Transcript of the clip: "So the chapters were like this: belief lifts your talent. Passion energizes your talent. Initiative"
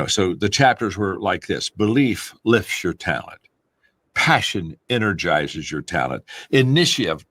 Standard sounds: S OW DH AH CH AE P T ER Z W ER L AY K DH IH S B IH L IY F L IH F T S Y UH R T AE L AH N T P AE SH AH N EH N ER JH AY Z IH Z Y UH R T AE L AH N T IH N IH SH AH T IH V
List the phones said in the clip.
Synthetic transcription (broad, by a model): S OW DH AH CH AE P T ER Z W ER L AY K DH IH S B IH L IY F L IH F T S Y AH R T AE L AH N T P AE SH AH N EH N ER JH AY Z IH Z Y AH R T AE L AH N T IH N IH SH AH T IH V